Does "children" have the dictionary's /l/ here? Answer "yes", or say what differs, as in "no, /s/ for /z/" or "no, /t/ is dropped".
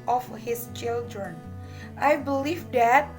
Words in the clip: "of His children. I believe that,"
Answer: yes